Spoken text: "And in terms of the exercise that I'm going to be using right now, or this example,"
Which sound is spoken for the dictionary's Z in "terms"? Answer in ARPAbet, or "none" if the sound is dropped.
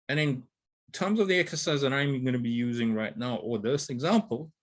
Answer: Z